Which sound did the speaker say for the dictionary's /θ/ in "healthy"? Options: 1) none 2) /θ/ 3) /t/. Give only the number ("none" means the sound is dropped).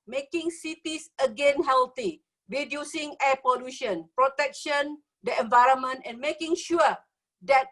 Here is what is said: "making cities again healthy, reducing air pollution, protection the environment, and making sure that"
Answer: 3